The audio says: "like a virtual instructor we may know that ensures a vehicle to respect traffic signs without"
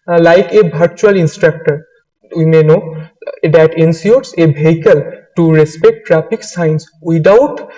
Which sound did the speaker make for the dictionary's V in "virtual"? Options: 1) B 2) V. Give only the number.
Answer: 1